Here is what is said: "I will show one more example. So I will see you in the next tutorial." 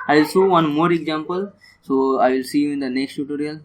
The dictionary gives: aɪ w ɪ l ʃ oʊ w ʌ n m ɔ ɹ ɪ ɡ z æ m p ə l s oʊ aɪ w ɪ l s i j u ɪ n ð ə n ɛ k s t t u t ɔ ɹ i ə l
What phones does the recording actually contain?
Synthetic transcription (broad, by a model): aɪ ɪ l s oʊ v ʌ n m ɔ ɹ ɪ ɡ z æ m p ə l s oʊ aɪ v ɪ l s i j u ɪ n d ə n ɛ k s t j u t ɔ ɹ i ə l